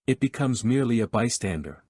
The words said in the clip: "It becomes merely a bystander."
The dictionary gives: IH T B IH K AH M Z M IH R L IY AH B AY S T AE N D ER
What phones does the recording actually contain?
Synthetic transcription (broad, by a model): IH T B IH K AH M Z M IH R L IY AH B AY S T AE N D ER